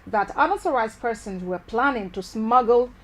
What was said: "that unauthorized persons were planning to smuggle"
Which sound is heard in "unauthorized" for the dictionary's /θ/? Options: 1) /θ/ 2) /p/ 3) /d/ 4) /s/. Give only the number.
4